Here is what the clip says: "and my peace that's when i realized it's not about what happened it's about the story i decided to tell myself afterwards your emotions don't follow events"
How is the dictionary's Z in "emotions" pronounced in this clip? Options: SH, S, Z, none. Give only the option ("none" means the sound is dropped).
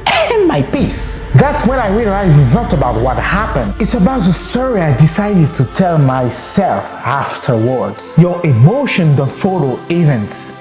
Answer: none